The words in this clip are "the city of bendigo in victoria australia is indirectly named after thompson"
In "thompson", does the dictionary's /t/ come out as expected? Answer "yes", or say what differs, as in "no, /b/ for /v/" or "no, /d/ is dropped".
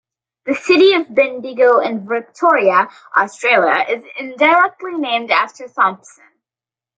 no, /s/ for /t/